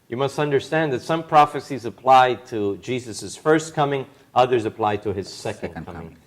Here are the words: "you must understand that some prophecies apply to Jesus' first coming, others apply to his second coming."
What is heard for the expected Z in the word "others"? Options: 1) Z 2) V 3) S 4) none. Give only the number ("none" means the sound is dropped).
1